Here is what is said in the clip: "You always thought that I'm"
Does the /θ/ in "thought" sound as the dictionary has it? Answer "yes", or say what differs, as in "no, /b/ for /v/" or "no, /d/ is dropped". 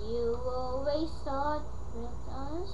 no, /s/ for /θ/